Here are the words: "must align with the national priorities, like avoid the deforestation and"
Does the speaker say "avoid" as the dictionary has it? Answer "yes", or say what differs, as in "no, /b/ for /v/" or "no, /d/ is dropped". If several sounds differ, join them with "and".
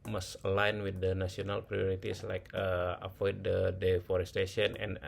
no, /p/ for /v/